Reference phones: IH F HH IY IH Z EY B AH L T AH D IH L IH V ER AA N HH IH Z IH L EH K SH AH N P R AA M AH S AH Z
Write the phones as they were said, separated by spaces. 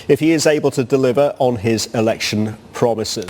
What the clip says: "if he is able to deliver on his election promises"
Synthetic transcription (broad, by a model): IH F HH IY IH Z EY B AH L T AH D IH L IH V ER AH N IH Z IH L EH K SH AH N P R AA M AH S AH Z